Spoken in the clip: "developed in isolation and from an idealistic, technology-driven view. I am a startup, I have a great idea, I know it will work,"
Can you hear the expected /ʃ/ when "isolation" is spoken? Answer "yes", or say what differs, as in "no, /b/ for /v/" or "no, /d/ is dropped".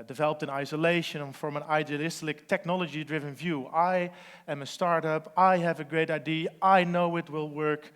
no, /ʃ/ is dropped